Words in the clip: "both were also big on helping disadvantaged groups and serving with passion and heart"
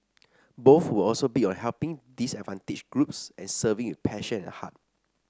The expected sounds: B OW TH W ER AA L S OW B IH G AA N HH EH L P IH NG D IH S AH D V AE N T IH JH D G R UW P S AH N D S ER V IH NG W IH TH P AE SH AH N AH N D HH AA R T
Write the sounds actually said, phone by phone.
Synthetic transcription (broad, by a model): B OW TH W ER AA L S OW B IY AA N HH EH L P IH NG D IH S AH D V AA N T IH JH G R UW P S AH N S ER V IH NG W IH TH P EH SH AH N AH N HH AA T